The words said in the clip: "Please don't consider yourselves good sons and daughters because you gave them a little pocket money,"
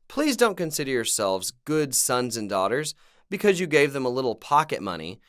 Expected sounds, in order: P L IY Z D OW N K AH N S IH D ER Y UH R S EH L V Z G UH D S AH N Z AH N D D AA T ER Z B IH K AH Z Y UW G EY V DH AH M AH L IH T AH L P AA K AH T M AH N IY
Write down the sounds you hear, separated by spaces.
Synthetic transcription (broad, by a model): P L IY Z D OW N K AH N S IH D ER Y UH R S EH L V Z G UH D S AH N Z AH N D D AA T ER Z B IH K AH Z Y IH G EY V DH AH M AH L IH T L P AA K AH T M AH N IY